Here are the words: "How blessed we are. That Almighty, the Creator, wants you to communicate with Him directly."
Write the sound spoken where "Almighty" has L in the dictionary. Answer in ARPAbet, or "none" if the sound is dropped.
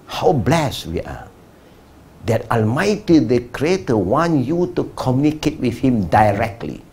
L